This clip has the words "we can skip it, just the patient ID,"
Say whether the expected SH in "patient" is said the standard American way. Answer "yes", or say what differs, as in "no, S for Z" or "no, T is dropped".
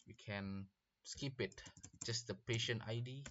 yes